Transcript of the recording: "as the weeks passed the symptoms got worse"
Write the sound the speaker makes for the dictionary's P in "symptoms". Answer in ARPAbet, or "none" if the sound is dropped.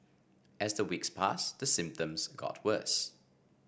P